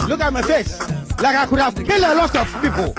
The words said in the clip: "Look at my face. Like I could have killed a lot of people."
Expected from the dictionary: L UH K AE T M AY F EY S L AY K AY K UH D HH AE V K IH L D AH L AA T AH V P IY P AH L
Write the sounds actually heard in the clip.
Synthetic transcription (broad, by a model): L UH K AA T M AY F EY S L AY K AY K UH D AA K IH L AH L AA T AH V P IY P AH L